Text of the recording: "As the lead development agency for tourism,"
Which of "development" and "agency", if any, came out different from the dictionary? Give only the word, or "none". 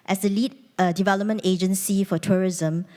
none